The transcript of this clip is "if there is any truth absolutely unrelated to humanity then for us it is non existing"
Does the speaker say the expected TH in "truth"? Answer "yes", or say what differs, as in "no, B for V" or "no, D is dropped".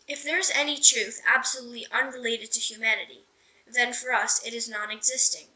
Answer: yes